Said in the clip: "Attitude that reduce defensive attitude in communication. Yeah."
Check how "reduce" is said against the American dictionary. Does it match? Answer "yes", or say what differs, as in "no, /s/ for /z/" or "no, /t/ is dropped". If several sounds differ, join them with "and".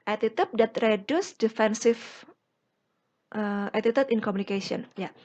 yes